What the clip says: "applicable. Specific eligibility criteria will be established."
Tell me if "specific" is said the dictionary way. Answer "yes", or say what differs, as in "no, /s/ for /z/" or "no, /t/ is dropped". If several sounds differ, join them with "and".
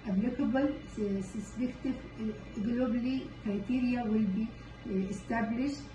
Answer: no, /p/ is dropped